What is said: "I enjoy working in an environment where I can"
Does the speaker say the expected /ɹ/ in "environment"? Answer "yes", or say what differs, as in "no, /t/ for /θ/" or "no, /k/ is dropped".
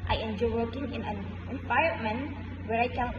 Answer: no, /ɹ/ is dropped